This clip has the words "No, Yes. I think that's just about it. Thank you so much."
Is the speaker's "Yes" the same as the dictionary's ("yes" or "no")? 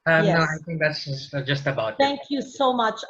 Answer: no